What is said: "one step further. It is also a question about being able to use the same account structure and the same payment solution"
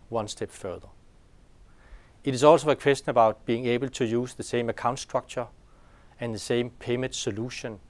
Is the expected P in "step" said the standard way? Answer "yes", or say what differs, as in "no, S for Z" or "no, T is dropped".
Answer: no, B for P